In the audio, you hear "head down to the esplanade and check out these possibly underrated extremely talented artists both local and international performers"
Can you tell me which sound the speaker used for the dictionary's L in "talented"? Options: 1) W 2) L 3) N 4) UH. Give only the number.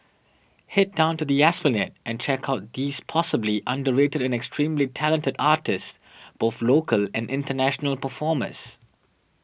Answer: 2